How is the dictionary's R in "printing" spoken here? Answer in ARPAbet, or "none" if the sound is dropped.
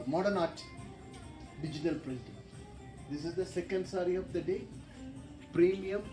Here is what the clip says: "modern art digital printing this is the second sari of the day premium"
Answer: L